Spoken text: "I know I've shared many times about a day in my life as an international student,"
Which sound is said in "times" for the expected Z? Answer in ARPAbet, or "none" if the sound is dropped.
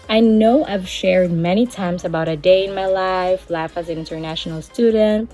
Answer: Z